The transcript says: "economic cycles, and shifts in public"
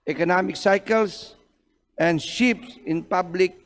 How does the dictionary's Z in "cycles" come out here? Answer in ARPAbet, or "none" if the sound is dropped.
S